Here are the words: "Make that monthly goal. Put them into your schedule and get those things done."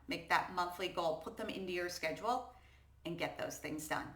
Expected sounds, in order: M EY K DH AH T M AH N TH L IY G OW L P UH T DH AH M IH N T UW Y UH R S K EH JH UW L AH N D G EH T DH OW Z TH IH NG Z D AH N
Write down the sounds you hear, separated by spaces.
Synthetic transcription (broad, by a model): M EY K DH AH T M AH N TH L IY G OW L P UH T DH AH M IH N T UW Y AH R S K EH JH UW L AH N G EH T DH OW Z TH IH NG Z D AH N